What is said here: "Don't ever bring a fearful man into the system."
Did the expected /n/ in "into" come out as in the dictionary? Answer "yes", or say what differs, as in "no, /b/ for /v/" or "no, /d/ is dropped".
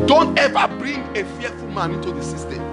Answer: no, /n/ is dropped